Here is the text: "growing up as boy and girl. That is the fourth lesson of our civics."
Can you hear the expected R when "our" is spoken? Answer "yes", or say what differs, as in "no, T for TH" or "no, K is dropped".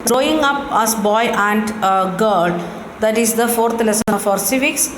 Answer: yes